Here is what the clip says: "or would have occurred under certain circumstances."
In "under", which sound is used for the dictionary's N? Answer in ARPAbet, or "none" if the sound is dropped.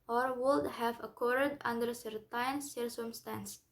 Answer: N